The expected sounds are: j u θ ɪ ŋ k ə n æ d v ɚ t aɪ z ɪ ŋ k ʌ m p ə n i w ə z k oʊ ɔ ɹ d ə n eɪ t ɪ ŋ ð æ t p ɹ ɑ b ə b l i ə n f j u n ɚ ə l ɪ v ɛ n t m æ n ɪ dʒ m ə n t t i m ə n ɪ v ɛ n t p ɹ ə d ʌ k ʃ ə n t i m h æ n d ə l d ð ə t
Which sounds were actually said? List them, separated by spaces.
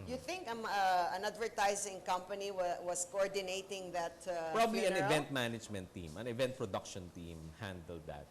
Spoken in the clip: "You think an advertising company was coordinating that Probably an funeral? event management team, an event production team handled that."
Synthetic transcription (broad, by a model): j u θ ɪ ŋ k ə n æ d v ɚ t aɪ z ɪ ŋ k ʌ m p ə n i w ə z k oʊ ɔ ɹ d ə n eɪ t ɪ ŋ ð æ t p ɹ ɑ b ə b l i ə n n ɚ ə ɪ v ɛ n t m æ n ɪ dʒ m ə n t t i m ə n ɪ v ɛ n t p ɹ ə d ʌ k ʃ ə n t i m h æ n d ə l d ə t